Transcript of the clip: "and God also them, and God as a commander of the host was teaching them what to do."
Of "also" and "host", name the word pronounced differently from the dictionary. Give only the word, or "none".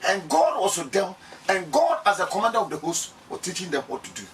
also